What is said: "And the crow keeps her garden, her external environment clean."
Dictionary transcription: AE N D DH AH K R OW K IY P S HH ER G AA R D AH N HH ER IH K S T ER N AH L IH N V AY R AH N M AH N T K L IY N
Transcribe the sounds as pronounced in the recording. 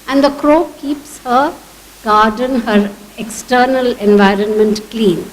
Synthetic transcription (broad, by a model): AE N D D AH K R OW K IY P S HH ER G AA R D AH N HH ER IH K S T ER N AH L IH N V AY R AH N M AH N T K L IY N